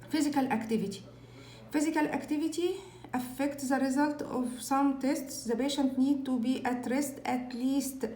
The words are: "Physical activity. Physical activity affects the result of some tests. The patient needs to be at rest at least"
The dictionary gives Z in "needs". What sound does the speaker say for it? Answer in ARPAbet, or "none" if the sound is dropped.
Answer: none